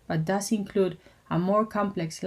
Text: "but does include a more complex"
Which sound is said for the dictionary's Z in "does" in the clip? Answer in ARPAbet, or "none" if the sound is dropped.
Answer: S